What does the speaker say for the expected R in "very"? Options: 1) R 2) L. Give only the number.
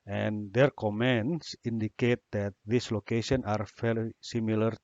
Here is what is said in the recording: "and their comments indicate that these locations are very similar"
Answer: 2